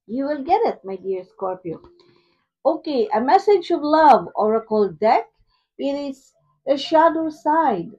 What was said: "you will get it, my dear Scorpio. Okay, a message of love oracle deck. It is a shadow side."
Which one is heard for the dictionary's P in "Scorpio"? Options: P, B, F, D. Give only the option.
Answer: P